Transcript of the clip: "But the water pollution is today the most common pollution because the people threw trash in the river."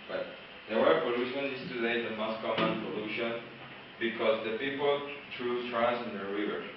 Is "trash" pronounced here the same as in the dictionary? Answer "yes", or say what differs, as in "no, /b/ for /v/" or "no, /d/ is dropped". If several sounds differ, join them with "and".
no, /s/ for /ʃ/